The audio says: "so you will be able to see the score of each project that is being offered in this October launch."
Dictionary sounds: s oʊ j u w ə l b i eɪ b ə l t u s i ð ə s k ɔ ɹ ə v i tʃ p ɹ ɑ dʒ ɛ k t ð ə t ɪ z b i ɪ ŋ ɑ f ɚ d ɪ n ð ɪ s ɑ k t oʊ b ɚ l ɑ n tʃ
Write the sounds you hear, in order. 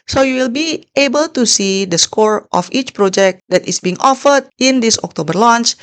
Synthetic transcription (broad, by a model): s oʊ j u w ə l b i eɪ b ə l t u s i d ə s k ɔ ɹ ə f i tʃ p ɹ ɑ dʒ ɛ k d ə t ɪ s b i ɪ ŋ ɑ f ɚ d ɪ n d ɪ s ɑ k t oʊ b ɚ l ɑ n tʃ